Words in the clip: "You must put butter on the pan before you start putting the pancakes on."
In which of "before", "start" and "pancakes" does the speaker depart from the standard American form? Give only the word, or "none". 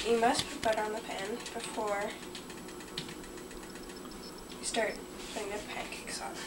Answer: pancakes